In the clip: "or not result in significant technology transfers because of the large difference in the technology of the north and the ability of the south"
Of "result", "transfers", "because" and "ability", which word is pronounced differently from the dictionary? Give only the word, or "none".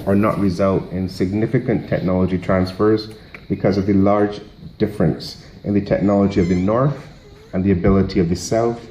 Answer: none